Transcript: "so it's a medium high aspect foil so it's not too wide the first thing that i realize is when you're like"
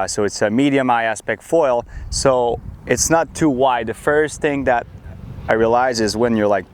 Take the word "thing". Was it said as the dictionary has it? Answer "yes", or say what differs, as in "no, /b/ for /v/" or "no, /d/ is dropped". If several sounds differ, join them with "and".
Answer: yes